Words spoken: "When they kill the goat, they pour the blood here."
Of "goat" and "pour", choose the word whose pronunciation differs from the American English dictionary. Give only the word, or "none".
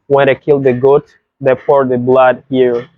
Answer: pour